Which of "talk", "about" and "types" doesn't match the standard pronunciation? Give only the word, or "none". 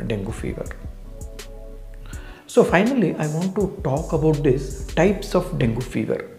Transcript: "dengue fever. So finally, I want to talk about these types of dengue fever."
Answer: none